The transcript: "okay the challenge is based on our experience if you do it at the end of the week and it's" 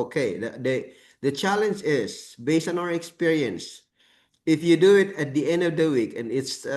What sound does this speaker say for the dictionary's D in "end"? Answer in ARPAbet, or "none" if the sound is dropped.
D